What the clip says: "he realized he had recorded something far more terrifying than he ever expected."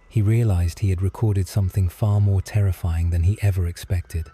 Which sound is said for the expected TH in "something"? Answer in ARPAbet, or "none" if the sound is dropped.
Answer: TH